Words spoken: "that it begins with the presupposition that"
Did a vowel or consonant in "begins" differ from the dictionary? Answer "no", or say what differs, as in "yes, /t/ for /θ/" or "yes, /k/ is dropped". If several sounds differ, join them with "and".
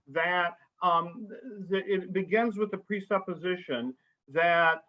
no